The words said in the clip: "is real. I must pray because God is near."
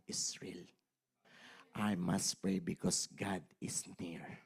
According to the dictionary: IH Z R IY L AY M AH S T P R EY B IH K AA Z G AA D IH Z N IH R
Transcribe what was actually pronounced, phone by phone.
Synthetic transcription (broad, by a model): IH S R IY L AY M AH S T P R EY B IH K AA S G AA D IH S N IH R